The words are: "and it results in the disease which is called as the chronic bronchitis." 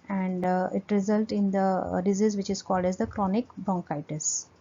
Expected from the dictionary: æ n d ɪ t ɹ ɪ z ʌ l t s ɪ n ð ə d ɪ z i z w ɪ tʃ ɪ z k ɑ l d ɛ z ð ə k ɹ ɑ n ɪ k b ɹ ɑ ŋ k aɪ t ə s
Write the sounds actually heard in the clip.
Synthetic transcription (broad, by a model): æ n d ɪ t ɹ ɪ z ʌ l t ɪ n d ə d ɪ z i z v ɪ tʃ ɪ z k ɑ l d ɛ z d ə k ɹ ɑ n ɪ k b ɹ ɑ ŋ k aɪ t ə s